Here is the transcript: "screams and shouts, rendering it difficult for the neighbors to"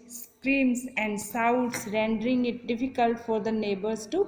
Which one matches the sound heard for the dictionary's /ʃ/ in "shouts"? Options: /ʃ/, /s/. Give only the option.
/s/